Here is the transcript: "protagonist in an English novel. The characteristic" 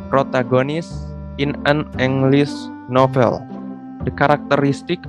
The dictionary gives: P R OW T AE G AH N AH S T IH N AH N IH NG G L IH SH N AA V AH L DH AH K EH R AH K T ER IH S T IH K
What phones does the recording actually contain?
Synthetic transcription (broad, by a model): P R OW T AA G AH N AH S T IH N AH N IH NG G L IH S N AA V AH L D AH K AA R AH K T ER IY S T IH K